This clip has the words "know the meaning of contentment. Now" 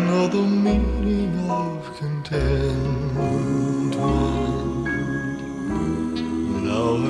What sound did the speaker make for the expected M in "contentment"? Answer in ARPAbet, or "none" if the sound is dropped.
none